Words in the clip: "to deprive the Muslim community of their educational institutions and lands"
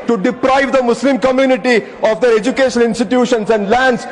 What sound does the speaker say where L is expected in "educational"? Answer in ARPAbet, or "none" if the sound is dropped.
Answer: N